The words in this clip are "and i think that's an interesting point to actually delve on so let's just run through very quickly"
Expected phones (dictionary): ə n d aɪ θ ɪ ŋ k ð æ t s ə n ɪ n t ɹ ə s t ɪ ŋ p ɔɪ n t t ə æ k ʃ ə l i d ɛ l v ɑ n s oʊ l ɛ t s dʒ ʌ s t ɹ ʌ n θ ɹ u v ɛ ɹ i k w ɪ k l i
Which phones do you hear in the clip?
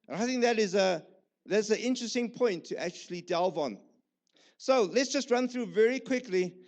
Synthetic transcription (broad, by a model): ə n aɪ θ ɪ ŋ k ð æ t s ə n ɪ n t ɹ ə s t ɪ ŋ p ɔɪ n t t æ k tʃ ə l i d ɛ l v ɑ n s oʊ l ɛ t s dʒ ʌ s t ɹ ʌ n θ ɹ u v ɛ ɹ i k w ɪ k l i